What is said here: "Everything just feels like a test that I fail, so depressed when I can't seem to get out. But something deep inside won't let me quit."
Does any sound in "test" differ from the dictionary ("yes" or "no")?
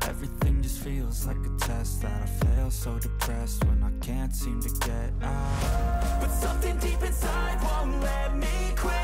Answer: no